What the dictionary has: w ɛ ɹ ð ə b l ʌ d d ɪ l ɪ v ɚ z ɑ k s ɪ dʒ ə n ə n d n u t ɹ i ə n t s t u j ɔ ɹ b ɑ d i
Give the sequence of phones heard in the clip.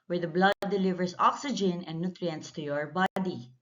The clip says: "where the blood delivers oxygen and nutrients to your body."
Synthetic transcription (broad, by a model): w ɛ ɹ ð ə b l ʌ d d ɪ l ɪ v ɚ s ɑ k s ɪ dʒ ə n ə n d n u t ɹ i ə n t s t u j ɔ ɹ b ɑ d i